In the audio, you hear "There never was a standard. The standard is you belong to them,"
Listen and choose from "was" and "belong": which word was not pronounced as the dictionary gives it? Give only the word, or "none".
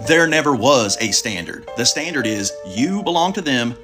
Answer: none